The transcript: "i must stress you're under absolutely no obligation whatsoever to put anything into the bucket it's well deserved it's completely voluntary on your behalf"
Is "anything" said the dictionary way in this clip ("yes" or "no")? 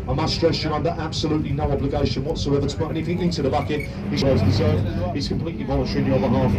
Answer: no